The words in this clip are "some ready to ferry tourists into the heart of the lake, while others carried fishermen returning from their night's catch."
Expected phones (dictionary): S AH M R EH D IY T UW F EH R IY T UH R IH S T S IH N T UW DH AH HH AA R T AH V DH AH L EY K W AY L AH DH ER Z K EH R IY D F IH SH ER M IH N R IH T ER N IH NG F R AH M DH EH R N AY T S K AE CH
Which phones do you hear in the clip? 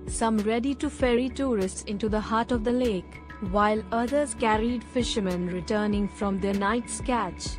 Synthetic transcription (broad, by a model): S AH M R EH D IY T UW F EH R IY T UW R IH S T S IH N T UW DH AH HH AA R T AH V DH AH L EY K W AY L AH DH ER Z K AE R IY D F IH SH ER M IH N R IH T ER N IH NG F R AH M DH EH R N AY T S K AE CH